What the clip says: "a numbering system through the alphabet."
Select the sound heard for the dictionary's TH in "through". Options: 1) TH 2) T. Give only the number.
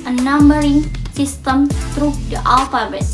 2